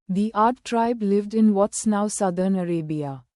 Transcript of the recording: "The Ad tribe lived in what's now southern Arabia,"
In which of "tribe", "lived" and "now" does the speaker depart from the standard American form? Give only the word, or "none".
none